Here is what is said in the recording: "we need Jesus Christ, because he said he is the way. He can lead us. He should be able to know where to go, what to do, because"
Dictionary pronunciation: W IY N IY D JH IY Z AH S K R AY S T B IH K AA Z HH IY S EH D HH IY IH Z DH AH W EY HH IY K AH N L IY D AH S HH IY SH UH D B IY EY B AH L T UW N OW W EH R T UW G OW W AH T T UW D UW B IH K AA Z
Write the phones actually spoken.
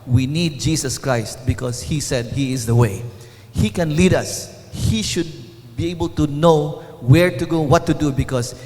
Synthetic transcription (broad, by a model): W IY N IY D JH IY S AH S K R AY S T B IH K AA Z HH IY S EH D HH IY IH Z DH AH W EY HH IY K AH N L IY D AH S HH IY SH UH D B IY EY B AH L T UW N OW W EH R T UW G OW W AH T T UW D UW B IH K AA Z